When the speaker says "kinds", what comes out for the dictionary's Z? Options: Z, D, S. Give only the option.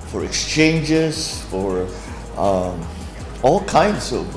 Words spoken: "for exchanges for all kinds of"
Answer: S